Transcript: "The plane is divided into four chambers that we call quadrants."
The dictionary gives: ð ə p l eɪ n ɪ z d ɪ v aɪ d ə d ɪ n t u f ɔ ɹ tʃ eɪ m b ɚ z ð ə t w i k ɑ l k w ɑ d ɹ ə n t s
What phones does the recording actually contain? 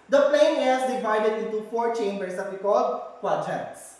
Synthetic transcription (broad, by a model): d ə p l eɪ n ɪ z d ɪ v aɪ d ə d ɪ n t u f ɔ ɹ tʃ eɪ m b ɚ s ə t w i k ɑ l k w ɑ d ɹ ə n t s